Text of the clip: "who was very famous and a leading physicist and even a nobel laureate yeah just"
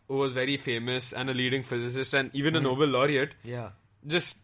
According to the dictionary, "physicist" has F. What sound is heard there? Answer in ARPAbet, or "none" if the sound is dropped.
F